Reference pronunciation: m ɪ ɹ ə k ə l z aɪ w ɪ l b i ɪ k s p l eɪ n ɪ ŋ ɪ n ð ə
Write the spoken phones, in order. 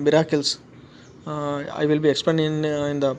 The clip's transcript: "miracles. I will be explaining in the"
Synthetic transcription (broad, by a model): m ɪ ɹ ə k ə l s aɪ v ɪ l b i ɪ k s p eɪ n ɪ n ɪ n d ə